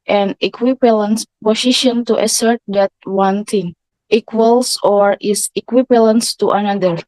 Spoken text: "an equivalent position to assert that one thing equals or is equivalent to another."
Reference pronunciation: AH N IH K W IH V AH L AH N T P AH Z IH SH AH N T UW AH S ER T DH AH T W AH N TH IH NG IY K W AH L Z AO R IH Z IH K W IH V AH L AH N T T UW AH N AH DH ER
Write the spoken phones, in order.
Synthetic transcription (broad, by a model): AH N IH K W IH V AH L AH N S P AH S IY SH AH N T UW AH S ER T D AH T W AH N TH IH NG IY K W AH L S AO R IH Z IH K W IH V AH L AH N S T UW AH N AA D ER